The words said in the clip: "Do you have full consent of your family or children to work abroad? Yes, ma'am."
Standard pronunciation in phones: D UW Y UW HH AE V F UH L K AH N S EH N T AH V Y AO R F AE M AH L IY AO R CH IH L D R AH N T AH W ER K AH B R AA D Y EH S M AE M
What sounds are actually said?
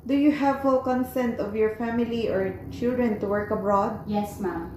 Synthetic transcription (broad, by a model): D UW Y UW HH AE V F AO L K AH N S EH N T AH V Y AO R F AE M AH L IY AO R CH IH L D R AH N T AH W ER K AH B R AA D Y EH S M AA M